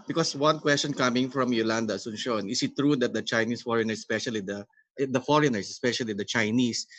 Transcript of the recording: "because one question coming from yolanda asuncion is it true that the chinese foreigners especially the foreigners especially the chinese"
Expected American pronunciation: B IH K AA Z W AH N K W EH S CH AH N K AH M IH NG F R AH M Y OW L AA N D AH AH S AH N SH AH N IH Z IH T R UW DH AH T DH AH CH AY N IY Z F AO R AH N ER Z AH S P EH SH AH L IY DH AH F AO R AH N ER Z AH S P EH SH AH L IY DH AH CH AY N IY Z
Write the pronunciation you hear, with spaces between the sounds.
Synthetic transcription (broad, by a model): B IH K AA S W AH N K W EH S CH AH N K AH M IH NG F R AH M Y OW L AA N D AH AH S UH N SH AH N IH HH IH T R UW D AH T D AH CH AY N IY S F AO R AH N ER S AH S P EH SH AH L IY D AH F AO R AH N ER S AH S P EH SH AH L IY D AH CH AY N IY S